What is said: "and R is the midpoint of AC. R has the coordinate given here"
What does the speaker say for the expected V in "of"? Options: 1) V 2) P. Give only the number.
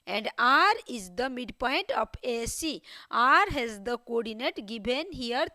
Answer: 2